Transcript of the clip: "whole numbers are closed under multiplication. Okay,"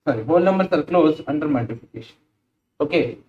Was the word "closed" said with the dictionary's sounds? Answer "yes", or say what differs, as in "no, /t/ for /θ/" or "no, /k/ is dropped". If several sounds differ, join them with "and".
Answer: no, /d/ is dropped